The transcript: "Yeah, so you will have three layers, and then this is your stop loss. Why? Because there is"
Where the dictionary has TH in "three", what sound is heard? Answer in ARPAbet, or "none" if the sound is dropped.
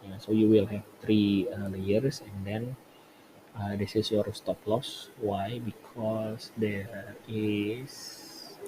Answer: T